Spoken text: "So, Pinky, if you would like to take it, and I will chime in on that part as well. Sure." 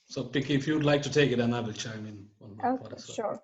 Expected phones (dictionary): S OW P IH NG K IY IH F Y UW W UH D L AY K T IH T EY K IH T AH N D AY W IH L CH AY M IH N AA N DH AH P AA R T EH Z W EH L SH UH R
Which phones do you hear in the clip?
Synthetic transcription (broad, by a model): S OW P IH K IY IH F Y UW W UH D L AY K T IH T EY K IH T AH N AY W IH L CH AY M IH N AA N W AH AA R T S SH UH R